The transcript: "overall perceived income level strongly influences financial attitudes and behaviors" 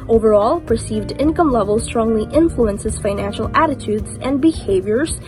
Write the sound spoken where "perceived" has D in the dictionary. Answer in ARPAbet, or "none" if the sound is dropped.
D